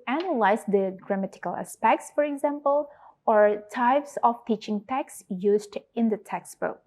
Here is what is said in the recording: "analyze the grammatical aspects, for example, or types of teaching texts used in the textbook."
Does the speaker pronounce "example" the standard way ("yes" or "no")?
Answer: yes